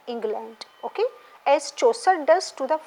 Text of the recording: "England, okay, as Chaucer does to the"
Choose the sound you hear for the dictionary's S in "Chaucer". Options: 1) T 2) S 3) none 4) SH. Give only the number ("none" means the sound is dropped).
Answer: 2